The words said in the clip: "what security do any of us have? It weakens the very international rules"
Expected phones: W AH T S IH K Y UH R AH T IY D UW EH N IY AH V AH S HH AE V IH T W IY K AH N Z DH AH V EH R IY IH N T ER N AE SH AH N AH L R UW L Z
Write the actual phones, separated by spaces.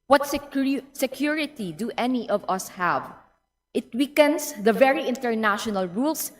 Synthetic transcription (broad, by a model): W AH T S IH K Y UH R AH T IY D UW EH N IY AH V AH S HH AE V IH T W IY K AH N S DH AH V EH R IY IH N T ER N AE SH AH N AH L R UW L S